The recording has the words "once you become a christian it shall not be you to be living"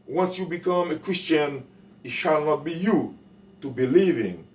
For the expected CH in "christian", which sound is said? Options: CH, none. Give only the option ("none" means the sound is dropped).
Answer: CH